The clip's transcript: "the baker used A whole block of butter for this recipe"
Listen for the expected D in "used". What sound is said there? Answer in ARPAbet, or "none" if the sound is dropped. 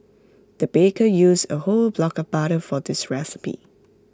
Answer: none